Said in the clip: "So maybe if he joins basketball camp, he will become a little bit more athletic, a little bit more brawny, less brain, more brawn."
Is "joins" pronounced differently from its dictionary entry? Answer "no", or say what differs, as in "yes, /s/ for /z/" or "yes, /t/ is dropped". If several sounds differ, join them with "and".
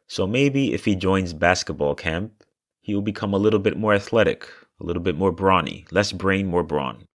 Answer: no